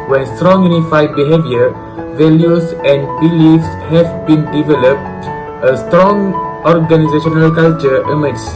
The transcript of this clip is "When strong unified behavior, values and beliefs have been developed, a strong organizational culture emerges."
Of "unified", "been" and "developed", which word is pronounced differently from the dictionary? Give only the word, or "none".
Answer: none